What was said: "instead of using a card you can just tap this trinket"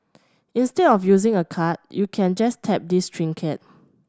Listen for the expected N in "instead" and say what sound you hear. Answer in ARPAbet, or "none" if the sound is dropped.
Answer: N